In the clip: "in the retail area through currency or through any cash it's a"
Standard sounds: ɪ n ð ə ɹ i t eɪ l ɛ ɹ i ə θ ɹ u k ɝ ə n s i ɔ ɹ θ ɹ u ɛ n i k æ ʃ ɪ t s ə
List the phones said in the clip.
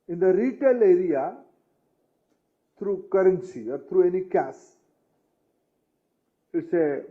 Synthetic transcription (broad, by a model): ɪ n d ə ɹ i t eɪ l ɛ ɹ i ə t ɹ u k ɝ ə n s i ɔ ɹ t ɹ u ɛ n i k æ s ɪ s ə